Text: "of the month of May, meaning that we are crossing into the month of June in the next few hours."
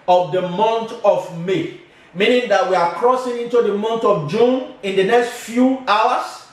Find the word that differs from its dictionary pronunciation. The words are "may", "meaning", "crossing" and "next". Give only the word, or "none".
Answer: none